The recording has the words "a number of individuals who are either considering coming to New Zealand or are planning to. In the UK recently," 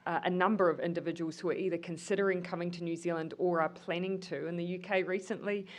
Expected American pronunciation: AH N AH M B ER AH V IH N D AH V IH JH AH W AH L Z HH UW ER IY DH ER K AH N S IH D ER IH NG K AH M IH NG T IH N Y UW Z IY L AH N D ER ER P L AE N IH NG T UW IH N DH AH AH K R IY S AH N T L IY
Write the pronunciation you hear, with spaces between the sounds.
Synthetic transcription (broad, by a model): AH N AH M B ER AH V IH N D AH V IH JH AH W AH L Z HH UW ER IY DH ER K AH N S IH D ER IH NG K AH M IH NG T IH N Y UW Z IY L AH N D ER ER P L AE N IH NG T UW IH N DH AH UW K R IY S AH N T L IY